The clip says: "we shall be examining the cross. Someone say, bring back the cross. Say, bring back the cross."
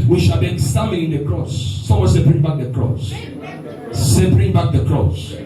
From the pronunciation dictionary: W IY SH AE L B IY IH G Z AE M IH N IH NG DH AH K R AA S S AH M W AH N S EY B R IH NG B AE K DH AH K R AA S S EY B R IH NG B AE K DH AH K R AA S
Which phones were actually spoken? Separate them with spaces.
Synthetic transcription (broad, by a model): W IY SH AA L B IY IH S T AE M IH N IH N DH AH K R AA S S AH W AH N S EY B R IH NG B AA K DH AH K R AA S S EY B R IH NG B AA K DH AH K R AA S